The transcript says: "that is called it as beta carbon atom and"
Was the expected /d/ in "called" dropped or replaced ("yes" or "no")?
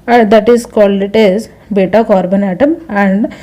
yes